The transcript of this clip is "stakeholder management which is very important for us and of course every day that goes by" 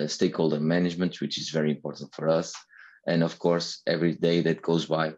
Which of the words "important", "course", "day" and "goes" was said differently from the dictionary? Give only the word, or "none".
none